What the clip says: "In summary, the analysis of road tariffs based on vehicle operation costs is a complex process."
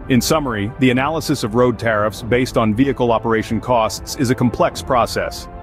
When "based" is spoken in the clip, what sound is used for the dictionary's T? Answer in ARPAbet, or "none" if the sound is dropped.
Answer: T